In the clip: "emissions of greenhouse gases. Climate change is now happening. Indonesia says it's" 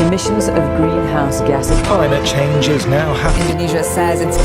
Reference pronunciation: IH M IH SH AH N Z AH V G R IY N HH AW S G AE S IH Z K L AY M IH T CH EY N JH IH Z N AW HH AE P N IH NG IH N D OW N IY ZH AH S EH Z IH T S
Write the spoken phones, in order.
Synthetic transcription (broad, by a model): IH M IH SH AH N Z AH V G R IY N HH AW S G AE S K L AY M IH T CH EY N JH IH Z N AW HH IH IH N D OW N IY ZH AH S EH Z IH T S